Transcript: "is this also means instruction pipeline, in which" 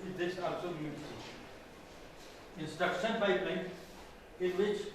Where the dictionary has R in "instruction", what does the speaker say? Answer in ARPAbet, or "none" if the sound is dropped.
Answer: none